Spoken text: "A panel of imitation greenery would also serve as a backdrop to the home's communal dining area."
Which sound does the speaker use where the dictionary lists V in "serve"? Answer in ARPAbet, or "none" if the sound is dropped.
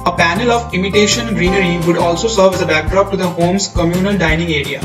V